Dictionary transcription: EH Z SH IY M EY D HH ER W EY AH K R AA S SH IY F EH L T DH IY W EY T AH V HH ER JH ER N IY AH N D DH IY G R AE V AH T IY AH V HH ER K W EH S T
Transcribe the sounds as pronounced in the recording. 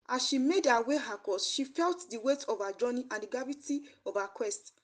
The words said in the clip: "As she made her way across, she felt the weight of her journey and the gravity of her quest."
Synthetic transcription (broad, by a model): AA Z SH IY M EY D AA W EY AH K AA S SH IY F EH L T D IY W EY T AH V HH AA JH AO N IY AH N D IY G AA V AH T IY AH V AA K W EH S T